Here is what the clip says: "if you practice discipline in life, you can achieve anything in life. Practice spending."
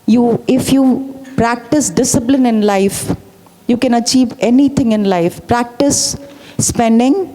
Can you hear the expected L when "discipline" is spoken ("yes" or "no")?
yes